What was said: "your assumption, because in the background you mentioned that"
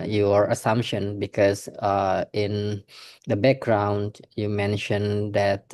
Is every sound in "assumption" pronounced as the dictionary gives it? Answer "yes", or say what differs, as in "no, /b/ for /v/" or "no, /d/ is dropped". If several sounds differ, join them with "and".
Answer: yes